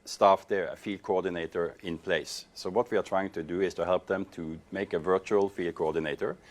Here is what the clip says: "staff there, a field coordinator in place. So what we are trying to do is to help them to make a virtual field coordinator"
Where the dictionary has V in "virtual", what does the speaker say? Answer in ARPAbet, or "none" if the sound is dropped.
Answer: V